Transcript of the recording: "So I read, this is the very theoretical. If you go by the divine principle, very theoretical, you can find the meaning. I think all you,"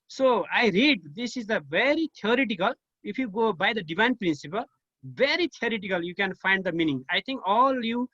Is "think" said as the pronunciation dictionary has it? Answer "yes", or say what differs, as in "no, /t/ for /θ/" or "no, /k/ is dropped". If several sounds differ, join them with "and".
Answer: no, /t/ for /θ/